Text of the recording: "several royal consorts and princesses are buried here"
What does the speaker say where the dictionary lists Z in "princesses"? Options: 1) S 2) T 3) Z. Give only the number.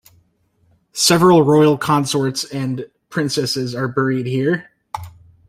3